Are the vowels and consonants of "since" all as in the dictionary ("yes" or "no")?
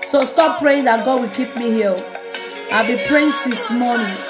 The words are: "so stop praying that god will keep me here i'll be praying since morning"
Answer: no